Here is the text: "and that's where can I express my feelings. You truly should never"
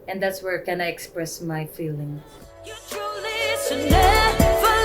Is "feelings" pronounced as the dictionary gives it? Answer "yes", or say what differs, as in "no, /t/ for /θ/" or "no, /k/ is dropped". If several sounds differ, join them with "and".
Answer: no, /z/ is dropped